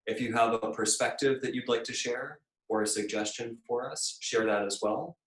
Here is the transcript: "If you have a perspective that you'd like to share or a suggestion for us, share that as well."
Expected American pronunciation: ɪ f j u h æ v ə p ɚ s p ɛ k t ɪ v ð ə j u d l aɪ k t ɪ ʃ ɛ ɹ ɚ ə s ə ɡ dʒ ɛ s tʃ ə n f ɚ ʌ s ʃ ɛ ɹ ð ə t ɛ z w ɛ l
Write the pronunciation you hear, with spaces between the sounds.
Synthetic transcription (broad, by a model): ɪ f j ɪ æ v ə p ɚ s p ɛ k t ɪ v ð ə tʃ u d l aɪ k t ɪ ʃ ɛ ɹ ɚ ə s ə ɡ dʒ ɛ s tʃ ə n f ɚ ʌ s ʃ ɛ ɹ ð ə t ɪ z w ɛ l